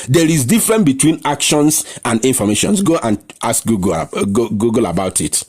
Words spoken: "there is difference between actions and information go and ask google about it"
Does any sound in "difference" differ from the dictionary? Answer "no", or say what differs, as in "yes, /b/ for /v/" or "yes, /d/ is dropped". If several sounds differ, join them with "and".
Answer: yes, /s/ is dropped